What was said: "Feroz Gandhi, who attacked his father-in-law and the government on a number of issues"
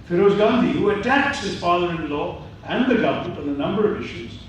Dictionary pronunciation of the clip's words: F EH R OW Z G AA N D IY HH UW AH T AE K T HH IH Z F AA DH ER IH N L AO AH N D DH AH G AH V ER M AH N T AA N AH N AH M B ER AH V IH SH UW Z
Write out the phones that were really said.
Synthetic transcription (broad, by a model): F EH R OW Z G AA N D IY HH UW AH T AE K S HH IH Z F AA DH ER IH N L AO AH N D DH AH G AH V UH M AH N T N AH N AH M B ER AH V IH SH UW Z